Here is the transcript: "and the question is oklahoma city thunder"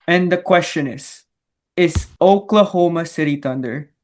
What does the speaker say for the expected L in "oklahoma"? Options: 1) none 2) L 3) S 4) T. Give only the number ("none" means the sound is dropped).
2